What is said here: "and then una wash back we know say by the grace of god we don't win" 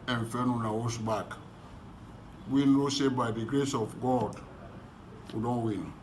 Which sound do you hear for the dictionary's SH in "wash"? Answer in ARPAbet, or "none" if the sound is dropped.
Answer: S